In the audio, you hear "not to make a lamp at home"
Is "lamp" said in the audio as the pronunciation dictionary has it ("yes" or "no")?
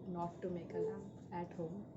no